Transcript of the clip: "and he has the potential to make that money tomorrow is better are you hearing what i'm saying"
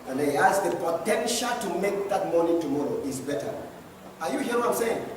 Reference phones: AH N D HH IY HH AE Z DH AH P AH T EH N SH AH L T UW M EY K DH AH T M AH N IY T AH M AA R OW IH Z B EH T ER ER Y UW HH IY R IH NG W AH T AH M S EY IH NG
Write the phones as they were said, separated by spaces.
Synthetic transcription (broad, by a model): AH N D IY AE S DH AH P AH T EH N SH AH L T UW M EY K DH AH T M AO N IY T AH M AA R OW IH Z B EH T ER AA Y UW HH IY IH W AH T AH M S EY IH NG